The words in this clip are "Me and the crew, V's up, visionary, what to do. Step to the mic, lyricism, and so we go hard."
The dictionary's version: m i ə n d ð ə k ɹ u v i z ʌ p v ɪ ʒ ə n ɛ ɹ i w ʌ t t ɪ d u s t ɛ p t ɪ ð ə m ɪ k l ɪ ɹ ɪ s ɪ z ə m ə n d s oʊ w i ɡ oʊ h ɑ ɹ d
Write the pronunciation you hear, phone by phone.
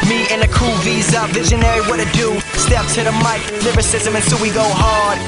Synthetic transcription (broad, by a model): m i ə n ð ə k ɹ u v i z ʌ v ɪ ʒ ə n ɛ ɹ i w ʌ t t ɪ d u s t ɛ p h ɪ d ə m ɪ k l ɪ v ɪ s ɪ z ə m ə n s oʊ w i ɡ oʊ h ɑ ɹ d